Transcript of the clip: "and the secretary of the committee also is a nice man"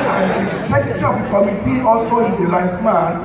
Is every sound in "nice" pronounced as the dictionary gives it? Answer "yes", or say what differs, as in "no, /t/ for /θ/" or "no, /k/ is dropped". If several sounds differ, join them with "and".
no, /l/ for /n/